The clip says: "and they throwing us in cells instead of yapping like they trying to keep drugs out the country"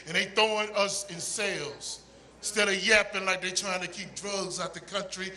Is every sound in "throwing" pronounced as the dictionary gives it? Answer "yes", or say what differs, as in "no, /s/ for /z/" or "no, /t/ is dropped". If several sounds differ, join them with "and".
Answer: no, /ɹ/ is dropped